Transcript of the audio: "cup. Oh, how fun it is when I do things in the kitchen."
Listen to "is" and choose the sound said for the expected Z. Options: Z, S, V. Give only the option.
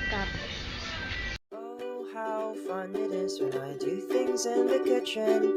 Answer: Z